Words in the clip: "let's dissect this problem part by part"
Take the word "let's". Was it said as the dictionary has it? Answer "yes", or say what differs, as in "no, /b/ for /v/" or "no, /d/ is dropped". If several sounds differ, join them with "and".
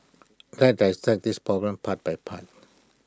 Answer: no, /s/ is dropped